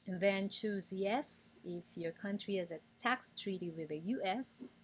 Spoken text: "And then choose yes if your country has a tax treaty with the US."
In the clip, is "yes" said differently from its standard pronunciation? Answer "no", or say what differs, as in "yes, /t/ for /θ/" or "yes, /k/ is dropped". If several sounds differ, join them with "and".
no